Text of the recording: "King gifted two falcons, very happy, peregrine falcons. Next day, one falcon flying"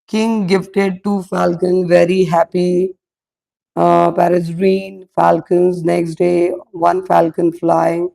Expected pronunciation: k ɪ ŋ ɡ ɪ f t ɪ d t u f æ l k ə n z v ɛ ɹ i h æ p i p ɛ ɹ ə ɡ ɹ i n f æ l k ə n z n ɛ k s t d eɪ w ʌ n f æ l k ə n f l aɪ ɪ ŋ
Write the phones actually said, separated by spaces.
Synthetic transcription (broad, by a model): k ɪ ŋ ɡ ɪ f t ɪ d t u f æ l k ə n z v ɛ ɹ i h æ p i p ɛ ɹ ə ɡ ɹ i n f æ l k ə n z n ɛ k s t d eɪ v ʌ n f æ l k ə n f l aɪ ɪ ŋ